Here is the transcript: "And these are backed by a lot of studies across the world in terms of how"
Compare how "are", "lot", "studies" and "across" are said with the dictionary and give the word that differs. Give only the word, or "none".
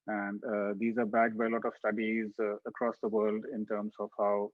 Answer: none